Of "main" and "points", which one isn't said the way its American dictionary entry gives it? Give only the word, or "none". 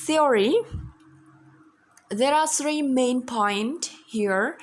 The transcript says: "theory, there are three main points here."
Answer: points